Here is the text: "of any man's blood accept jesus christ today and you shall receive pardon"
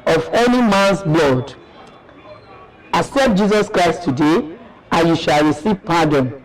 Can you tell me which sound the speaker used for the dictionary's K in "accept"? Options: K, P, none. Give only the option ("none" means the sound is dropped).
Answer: none